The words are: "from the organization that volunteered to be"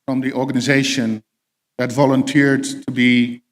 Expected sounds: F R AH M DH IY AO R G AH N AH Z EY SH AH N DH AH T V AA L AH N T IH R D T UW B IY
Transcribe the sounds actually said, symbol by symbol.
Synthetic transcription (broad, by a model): R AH M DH IY AO R G AH N AH Z EY SH AH N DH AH T V AA L AH N T IH R D T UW B IY